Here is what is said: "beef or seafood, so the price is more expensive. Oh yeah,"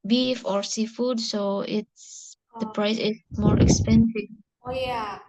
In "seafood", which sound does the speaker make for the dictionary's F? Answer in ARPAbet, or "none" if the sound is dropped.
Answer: F